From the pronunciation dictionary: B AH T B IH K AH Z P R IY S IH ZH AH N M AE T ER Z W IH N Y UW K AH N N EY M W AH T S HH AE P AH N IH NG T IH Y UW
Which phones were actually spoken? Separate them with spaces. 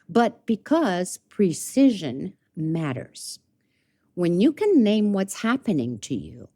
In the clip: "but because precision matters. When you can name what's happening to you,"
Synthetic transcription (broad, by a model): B AH T B IH K AH Z P R IY S IH ZH AH N M AE T ER Z W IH N Y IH K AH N N EY M W AH T S HH AE P AH N IH NG T IH Y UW